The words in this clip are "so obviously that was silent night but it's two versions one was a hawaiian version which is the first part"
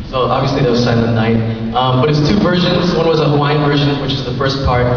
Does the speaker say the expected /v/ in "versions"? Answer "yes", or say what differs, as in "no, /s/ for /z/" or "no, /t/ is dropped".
yes